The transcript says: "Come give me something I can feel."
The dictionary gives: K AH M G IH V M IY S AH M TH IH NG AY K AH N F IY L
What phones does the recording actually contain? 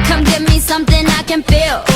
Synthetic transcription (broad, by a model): K AH M G IH V M IY S AH M TH IH NG AY K AH N F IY L